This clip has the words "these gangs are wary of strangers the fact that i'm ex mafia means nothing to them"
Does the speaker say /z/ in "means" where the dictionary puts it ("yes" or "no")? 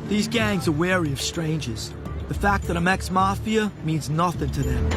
yes